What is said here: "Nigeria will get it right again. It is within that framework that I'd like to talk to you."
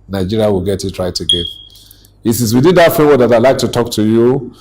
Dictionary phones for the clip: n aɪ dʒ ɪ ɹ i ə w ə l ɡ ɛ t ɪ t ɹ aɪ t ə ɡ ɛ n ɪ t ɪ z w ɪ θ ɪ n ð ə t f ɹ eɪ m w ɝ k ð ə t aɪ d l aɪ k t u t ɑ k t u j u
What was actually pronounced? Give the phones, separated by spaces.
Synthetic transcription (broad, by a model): n aɪ dʒ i ɹ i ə w ə l ɡ ɛ t ɪ t ɹ aɪ t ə ɡ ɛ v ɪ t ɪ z w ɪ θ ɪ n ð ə t f eɪ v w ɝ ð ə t aɪ l aɪ k t u t ɑ k t u j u